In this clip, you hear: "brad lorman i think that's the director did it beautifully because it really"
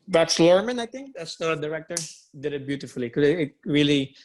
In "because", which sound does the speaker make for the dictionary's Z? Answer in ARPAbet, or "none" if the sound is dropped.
none